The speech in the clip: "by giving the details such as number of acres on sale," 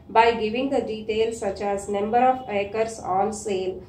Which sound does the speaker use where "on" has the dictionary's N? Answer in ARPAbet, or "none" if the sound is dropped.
L